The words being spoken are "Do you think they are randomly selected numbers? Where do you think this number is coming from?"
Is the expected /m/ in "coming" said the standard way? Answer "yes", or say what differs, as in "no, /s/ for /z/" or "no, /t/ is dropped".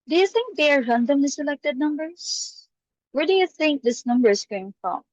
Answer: no, /m/ is dropped